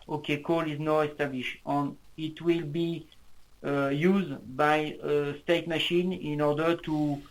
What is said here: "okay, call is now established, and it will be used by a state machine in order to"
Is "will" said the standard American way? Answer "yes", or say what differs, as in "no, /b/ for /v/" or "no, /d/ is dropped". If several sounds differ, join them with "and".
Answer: yes